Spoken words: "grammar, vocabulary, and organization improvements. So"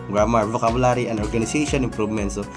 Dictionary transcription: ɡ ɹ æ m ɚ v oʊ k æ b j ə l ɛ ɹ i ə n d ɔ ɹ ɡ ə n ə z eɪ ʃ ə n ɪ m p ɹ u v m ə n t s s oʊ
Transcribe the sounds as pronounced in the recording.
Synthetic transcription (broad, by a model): ɡ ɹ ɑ m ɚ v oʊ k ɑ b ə l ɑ ɹ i ə n d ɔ ɹ ɡ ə n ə s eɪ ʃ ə n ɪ m p ɹ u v m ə n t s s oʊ